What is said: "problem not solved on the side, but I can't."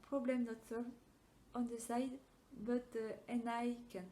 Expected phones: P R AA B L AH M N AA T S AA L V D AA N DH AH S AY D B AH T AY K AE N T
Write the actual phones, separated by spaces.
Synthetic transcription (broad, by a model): P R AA B L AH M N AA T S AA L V AA N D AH S AY D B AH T AY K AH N